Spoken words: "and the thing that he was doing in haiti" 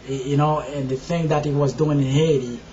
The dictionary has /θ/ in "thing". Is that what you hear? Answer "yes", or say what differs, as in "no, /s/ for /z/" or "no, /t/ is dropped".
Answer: yes